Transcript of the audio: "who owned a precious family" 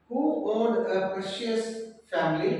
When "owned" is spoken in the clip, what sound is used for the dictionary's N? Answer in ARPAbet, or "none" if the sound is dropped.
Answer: L